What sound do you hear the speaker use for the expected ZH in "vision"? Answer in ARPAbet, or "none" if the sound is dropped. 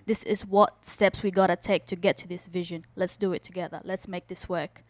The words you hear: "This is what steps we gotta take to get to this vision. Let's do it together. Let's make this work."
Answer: ZH